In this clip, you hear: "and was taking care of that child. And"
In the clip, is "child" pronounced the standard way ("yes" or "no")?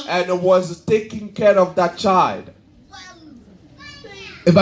yes